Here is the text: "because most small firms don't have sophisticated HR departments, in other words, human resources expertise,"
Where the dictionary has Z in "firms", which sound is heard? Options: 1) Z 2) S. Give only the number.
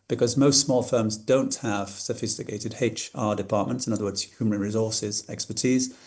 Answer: 1